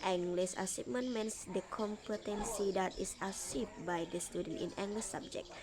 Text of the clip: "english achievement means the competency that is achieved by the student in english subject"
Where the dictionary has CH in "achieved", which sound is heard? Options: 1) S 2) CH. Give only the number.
1